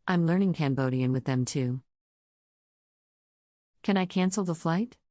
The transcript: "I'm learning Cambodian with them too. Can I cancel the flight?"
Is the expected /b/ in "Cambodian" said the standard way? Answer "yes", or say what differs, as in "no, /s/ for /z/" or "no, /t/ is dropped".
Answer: yes